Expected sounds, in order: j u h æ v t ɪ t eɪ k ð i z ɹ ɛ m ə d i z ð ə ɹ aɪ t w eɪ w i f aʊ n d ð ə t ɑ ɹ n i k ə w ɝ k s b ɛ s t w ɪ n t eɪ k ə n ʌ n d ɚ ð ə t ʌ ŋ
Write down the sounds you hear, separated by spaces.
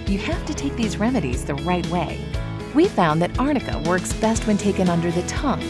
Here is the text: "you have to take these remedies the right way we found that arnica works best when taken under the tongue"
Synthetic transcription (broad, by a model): j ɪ h æ f t ɪ t eɪ k ð i z ɹ ɛ m ə d i z ð ə ɹ aɪ t w eɪ w i f aʊ n ð ə t ɑ ɹ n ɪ k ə w ɝ k s b ɛ s t w ɪ n t eɪ k ə n ʌ n d ɚ ð ə t ʌ ŋ